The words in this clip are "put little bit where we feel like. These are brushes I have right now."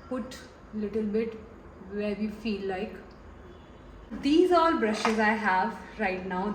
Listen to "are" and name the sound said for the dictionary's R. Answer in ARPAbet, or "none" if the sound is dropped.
L